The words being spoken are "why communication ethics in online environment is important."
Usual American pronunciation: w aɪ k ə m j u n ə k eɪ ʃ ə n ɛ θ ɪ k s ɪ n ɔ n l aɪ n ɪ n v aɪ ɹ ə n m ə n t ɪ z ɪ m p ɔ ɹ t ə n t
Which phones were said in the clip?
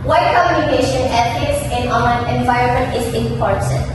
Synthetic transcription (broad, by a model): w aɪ k ə m j u n ə k eɪ ʃ ə n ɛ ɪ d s ɪ n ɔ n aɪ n ɪ n v aɪ ɹ ə n m ə n t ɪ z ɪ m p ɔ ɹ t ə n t